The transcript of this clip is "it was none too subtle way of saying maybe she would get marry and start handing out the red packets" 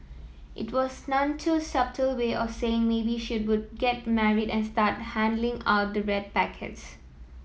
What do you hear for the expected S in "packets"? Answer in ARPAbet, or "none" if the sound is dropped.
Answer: S